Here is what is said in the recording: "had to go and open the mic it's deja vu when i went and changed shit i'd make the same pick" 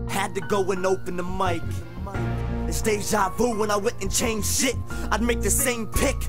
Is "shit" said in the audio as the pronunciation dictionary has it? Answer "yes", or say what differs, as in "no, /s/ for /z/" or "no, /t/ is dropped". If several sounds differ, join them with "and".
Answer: yes